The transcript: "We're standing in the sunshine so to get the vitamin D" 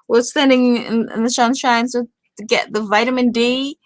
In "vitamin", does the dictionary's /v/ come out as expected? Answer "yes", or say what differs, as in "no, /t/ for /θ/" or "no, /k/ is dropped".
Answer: yes